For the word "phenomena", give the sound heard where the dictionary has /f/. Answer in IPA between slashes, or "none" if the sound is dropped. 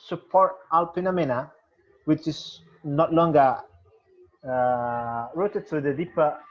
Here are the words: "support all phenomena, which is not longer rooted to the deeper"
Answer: /p/